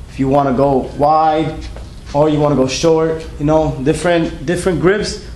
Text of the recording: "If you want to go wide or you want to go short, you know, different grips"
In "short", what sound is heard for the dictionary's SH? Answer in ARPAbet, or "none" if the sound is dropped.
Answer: SH